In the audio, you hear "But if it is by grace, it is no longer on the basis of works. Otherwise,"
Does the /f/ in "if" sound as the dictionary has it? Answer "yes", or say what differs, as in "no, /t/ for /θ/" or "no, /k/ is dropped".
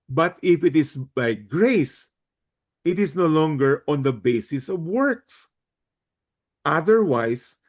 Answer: yes